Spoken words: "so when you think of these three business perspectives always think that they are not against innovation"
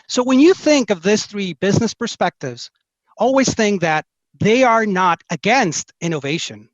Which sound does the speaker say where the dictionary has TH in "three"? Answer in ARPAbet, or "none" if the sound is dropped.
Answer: TH